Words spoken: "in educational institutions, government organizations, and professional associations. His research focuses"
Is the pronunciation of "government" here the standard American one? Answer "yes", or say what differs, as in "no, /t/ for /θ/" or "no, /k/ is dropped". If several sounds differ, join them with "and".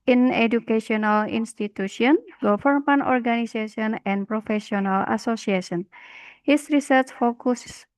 no, /f/ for /v/